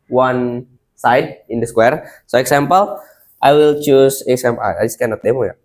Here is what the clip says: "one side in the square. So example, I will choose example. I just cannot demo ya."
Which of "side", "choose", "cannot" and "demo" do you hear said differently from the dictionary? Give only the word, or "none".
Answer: choose